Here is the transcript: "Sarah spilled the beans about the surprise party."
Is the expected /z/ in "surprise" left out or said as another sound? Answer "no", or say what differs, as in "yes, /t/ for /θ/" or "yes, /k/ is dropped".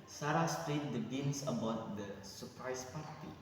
yes, /s/ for /z/